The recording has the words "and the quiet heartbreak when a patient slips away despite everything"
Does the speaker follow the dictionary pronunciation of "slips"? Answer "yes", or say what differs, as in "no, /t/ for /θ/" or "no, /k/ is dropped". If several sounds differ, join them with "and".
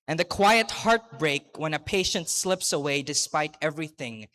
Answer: yes